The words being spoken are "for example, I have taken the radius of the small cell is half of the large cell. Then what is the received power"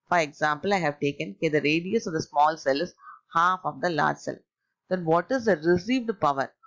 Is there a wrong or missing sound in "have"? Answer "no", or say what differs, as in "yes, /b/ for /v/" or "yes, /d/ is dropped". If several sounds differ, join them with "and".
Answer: no